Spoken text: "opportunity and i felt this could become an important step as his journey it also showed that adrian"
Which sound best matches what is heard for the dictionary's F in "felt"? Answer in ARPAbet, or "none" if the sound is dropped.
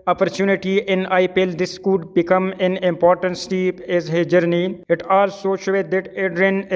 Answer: P